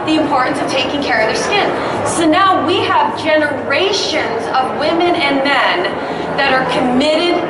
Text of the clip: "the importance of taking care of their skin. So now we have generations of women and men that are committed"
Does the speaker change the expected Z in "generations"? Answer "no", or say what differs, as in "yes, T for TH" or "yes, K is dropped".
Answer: no